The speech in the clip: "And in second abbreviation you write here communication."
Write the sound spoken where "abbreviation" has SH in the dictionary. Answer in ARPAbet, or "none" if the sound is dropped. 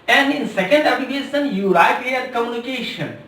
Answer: S